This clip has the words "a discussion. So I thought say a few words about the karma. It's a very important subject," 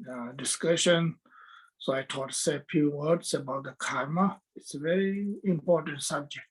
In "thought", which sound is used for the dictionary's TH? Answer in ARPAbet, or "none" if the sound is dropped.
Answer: T